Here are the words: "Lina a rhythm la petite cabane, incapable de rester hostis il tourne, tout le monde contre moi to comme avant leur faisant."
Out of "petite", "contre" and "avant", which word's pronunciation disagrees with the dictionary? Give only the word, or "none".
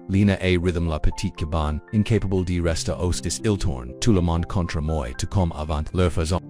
none